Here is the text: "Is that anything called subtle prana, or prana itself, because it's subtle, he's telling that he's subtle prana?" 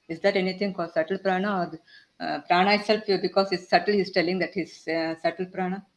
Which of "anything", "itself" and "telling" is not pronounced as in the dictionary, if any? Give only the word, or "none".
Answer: anything